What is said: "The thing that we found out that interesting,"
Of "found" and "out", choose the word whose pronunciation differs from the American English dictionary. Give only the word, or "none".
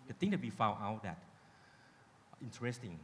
found